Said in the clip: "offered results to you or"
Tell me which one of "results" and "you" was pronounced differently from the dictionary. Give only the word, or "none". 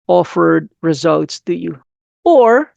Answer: none